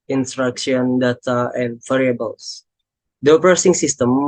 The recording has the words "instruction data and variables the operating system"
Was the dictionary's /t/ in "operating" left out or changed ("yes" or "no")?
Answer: yes